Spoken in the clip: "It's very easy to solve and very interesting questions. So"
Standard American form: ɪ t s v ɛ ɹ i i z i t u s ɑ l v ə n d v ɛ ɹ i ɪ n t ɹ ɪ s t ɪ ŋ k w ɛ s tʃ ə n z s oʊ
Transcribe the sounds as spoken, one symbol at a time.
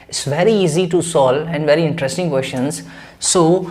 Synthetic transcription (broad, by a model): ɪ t s v ɛ ɹ i i z i t u s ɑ l ə n d v ɛ ɹ i ɪ n t ɹ ɪ s t ɪ ŋ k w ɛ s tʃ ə n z s oʊ